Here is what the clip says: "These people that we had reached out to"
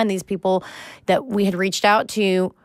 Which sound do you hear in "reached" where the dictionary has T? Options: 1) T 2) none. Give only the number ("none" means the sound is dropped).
1